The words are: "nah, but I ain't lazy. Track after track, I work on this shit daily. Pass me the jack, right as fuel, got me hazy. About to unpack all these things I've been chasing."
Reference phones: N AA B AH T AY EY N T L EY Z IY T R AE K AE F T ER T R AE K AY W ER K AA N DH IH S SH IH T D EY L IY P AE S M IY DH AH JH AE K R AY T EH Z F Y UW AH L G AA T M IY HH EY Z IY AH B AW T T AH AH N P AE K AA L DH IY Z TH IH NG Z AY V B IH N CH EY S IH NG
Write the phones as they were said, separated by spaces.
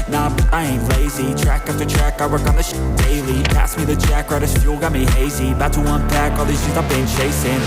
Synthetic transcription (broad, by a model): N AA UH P AY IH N L EY Z IY T R AE K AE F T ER T R AE K AY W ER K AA N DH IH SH D EY L IY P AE S M IY DH AH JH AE K R AY T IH S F Y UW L G AA T M IY HH EY Z IY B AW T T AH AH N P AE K AA L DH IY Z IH Z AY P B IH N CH EY S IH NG